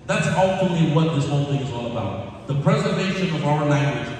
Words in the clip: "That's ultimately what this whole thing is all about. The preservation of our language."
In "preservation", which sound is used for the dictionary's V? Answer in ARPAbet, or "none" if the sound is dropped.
V